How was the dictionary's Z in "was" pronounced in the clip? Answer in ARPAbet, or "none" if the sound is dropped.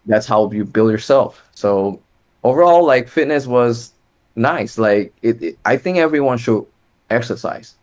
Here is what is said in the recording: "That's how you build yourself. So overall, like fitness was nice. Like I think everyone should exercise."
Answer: Z